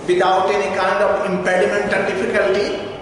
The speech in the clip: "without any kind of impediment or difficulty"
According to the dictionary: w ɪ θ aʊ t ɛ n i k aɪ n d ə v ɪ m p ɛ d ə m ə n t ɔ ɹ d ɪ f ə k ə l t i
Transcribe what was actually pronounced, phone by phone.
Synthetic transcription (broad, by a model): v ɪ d aʊ t ɛ n i k aɪ n d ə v ɪ m p ɛ d ə m ə n t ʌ l d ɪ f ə k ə l t i